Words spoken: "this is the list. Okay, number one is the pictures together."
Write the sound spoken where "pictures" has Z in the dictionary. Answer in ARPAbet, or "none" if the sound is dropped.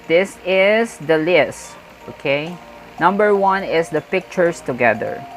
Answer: S